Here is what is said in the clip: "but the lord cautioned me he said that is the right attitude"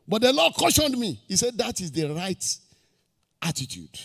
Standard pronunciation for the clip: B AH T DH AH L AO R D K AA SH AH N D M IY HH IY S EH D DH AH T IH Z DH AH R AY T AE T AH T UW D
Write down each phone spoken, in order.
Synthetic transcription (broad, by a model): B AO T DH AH L AO D K AA SH AH N D M IY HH IY S EH D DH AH T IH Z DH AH R AY T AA T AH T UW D